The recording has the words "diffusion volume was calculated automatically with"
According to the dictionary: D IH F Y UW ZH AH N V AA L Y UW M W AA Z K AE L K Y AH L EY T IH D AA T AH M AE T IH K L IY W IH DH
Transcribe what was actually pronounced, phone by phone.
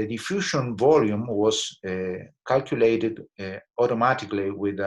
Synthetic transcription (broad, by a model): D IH F Y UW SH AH N V AA L Y UW M W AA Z K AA L K Y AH L EY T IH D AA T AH M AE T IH K L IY W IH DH